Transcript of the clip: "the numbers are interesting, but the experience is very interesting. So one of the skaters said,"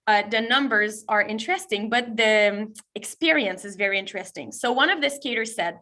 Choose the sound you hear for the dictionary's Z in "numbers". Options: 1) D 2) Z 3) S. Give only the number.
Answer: 2